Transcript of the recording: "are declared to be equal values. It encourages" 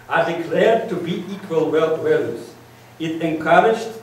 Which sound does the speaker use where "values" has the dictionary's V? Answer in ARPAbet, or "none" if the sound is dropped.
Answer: W